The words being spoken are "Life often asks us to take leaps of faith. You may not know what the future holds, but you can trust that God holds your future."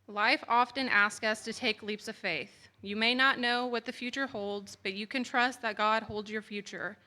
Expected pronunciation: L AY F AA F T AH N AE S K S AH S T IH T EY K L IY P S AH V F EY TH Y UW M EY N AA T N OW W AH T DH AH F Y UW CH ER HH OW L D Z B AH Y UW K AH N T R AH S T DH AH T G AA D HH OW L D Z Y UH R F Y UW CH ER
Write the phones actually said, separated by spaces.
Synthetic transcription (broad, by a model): L AY F AA F T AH N AE S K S AH S T IH T EY K L IY P S AH V F EY TH Y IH M EY N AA T N OW W AH T DH AH F Y UW CH ER HH OW L D Z B AH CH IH K AH N T R AH S T DH AH T G AA D HH OW L D Z Y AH R F Y UW CH ER